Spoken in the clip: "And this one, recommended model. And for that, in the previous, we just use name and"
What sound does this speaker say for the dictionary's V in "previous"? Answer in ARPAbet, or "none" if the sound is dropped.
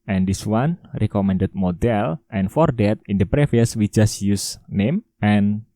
F